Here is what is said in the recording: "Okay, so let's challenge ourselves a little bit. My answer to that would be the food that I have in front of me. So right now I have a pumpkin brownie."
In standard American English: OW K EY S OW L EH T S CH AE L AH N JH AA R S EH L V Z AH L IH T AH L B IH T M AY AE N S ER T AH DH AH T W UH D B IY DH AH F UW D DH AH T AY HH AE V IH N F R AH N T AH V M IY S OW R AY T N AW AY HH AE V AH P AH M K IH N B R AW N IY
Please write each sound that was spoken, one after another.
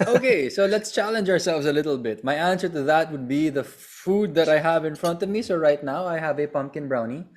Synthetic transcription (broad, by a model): OW K EY S OW L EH T S CH AE L AH N JH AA R S EH L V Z AH L IH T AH L B IH T M AY AE N S ER T AH DH AH T W UH D B IY DH AH F UW D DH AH T AY HH AE V IH N F R AH N T AH V M IY S OW R AY T N AW AY HH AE V AH P AH M K IH N B R AW N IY